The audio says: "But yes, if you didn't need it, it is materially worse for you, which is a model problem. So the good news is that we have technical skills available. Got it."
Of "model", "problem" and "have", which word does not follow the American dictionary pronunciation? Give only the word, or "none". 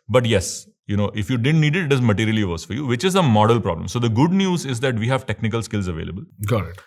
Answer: none